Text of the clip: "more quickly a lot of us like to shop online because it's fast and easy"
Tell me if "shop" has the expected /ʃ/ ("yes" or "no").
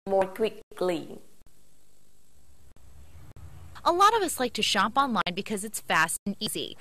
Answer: yes